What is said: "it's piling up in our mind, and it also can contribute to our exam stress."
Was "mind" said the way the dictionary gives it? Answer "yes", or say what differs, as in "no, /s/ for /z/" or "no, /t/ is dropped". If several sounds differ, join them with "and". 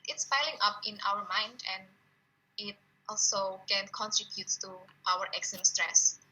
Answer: yes